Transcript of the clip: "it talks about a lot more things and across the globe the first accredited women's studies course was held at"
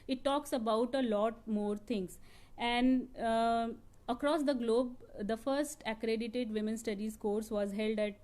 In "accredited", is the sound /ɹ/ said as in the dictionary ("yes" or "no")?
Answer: yes